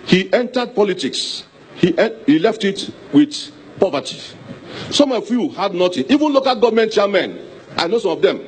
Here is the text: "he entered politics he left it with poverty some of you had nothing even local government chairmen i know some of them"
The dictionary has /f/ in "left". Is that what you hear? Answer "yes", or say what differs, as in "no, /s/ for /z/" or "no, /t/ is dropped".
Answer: yes